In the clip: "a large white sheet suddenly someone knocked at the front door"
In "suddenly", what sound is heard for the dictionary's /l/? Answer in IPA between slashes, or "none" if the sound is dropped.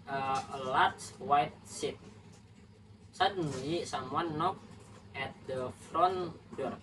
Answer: none